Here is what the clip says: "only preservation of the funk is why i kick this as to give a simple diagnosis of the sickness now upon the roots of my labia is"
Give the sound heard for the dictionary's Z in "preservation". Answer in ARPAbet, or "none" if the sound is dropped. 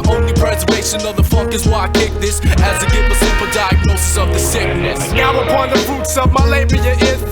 Z